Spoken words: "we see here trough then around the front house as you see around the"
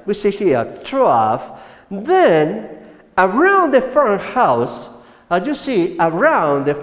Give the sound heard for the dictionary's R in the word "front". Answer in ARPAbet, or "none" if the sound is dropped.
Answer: none